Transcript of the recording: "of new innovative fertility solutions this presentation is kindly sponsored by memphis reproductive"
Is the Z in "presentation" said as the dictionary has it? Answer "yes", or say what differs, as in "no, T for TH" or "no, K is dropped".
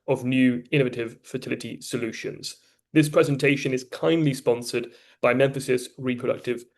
yes